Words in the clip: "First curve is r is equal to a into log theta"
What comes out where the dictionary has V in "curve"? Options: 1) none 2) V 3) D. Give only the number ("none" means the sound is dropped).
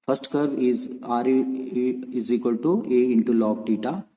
1